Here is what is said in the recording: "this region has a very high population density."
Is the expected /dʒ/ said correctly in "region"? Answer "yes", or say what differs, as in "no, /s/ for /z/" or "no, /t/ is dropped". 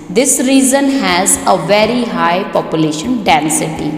no, /z/ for /dʒ/